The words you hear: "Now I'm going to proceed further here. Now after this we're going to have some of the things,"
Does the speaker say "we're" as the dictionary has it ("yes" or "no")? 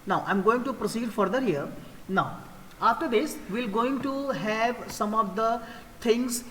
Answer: no